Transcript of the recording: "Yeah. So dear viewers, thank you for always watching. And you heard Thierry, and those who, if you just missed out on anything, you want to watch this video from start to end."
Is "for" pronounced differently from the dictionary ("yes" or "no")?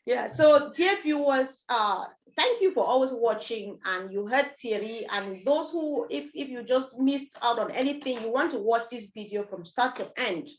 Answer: no